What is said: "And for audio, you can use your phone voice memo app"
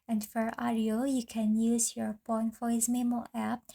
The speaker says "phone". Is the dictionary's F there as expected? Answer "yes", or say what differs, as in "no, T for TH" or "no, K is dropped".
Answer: no, P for F